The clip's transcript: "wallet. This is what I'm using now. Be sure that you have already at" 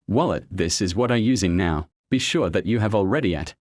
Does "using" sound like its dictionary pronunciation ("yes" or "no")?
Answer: yes